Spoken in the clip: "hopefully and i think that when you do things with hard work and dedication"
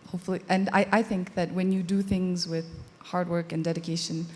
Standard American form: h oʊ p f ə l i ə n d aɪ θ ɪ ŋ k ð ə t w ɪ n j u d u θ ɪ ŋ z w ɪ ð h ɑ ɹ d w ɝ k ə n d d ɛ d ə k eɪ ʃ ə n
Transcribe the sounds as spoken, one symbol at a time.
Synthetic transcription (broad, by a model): h oʊ p f l i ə n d aɪ θ ɪ ŋ k ð ə t w ɪ n j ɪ d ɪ θ ɪ ŋ z w ɪ ð h ɑ ɹ d w ɝ k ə n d d ɛ d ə k eɪ ʃ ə n